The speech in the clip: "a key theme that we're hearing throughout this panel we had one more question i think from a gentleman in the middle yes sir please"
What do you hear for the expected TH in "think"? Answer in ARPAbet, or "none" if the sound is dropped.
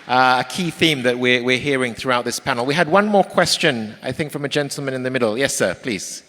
TH